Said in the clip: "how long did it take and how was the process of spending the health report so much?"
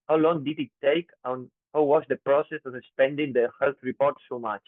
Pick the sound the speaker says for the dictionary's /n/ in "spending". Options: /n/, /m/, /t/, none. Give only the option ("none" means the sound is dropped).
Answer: /n/